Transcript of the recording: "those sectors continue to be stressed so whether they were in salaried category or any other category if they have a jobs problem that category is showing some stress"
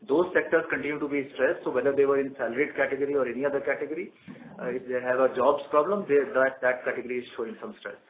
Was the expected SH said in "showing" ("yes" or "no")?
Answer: yes